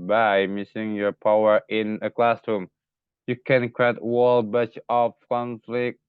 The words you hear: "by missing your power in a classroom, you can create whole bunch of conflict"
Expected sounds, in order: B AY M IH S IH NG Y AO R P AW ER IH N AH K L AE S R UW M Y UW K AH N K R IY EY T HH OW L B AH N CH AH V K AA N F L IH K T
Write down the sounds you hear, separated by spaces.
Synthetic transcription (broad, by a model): B AY M IH S IH NG Y AO R P AW ER IH N AH K L AE S R UW M Y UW K AH N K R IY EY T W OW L B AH CH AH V K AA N F L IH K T